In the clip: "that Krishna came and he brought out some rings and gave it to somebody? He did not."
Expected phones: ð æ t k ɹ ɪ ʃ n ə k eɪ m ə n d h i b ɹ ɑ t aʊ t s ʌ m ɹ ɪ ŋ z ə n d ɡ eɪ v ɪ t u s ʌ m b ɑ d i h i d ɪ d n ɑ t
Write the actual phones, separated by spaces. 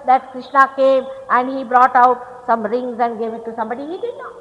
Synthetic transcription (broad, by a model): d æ t k ɹ ɪ ʃ n ə k eɪ m ə n d h i b ɹ ɑ t aʊ t s ʌ m ɹ ɪ ŋ z ə n d ɡ eɪ v ɪ t u s ʌ m b ɑ d i h i d ɪ d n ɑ